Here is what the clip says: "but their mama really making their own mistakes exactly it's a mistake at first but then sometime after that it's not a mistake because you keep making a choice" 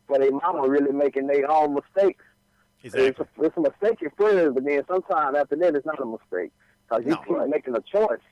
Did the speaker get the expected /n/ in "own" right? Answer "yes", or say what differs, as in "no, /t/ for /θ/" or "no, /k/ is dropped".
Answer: no, /l/ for /n/